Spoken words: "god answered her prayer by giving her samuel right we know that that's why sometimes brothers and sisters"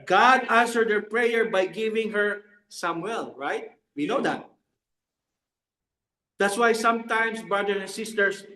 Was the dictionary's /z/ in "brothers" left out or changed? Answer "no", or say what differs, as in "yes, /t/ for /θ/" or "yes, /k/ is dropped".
yes, /z/ is dropped